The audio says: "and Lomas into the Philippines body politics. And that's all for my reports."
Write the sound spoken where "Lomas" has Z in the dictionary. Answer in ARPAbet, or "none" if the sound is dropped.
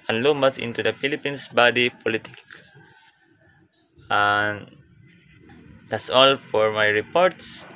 S